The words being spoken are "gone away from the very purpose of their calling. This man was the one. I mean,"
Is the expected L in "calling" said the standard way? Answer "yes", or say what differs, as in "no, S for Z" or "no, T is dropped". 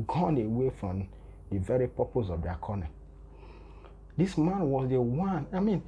no, N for L